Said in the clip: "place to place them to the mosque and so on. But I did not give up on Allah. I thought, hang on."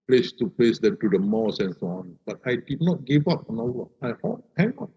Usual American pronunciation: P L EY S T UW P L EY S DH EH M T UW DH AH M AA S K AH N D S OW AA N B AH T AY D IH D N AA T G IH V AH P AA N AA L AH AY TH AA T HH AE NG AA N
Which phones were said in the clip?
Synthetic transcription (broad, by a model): P L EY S T UW P L EY S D EH M T UW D AH M AA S AH N S OW AA N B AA T AY D IH D N AA T G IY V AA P AA N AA W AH AY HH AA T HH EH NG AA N